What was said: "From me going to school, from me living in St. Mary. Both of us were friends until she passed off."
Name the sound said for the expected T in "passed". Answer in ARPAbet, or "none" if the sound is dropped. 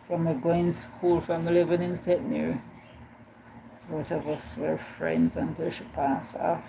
none